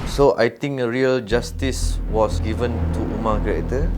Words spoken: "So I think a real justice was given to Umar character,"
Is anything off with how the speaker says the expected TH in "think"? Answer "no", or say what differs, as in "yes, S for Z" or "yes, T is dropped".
yes, T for TH